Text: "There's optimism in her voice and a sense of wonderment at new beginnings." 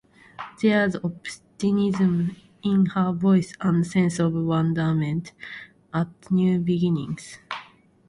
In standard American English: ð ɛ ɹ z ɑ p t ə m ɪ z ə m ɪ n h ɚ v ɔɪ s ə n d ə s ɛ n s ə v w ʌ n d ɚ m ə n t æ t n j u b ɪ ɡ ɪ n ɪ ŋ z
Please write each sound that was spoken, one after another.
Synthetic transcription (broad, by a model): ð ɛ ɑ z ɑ p t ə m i z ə m ɪ n h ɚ v ɔɪ s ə n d s ɛ n s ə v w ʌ n d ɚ m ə n t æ t n j u b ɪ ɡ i n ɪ ŋ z